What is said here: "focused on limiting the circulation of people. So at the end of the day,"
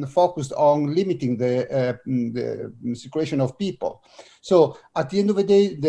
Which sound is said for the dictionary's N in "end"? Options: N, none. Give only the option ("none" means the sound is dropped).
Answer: N